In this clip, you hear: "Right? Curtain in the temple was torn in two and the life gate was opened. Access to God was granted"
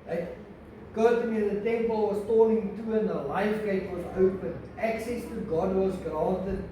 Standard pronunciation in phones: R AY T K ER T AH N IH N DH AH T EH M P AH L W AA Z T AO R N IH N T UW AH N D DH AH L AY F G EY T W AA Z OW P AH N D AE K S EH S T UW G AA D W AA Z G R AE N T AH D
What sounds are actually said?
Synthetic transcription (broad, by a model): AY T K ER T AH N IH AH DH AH T EH M P AH L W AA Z T AO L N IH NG T UW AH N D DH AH L AY F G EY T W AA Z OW P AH N AE K S EH S T UW G AA D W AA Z G R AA N T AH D